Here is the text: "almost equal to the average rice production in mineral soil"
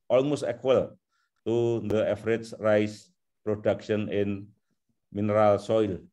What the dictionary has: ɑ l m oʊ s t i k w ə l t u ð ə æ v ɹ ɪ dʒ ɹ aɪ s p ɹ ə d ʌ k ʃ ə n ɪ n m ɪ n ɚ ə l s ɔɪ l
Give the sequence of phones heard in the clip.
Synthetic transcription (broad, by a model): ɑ l m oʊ s t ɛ k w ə l t u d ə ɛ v ɹ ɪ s ɹ aɪ s p ɹ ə d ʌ k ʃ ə n ɪ n m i n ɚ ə l s ɔɪ l